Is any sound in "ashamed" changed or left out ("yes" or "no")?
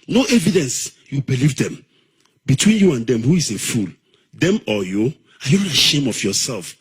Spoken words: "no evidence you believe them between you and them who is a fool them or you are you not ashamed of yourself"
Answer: yes